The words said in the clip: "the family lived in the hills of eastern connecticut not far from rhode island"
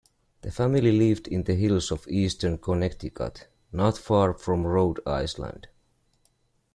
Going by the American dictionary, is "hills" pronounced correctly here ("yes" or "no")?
no